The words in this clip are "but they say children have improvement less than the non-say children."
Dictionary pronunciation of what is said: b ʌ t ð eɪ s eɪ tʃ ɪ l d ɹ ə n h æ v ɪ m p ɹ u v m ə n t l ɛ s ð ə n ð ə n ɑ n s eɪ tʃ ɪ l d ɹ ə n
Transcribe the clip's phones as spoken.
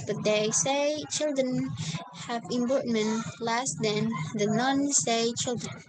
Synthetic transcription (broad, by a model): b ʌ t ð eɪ s eɪ tʃ ɪ l d ɹ ə n h æ v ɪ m b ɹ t m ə n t l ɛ s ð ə n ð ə n ɑ n s eɪ tʃ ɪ l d ɹ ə n